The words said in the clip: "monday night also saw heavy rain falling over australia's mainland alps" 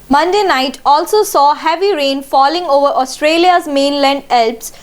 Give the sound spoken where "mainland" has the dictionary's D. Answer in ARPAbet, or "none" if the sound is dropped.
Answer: D